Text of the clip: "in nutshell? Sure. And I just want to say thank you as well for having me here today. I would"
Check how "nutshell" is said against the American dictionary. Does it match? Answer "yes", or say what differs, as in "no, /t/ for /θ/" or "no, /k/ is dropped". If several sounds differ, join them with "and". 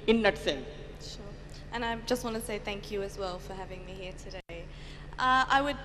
no, /s/ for /ʃ/